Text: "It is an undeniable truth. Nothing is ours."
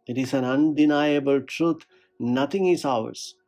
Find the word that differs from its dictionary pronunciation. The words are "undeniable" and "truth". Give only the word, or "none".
truth